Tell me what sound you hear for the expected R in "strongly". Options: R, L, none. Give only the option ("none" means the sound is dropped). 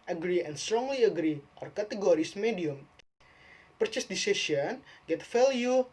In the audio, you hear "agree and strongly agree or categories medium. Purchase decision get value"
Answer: R